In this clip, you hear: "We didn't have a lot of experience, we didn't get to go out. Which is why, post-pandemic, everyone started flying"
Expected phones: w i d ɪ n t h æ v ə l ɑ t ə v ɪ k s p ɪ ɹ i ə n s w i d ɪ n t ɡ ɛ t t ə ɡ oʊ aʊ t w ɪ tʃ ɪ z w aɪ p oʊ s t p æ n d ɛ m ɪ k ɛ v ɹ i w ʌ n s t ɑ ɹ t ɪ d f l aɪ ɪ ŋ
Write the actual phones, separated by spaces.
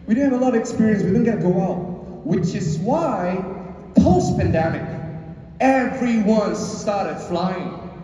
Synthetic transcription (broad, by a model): w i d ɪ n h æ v ə l ɑ t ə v ɪ k s p ɪ ɹ i ə n s w i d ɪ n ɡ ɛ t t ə ɡ oʊ aʊ t w ɪ tʃ ɪ z w aɪ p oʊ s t p æ n d ɛ m ɪ k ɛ f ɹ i w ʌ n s t ɑ ɹ t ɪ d f l aɪ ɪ ŋ